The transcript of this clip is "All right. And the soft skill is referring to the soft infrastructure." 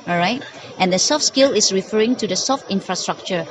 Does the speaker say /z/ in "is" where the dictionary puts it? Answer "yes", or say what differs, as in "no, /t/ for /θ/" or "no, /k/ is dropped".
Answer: no, /s/ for /z/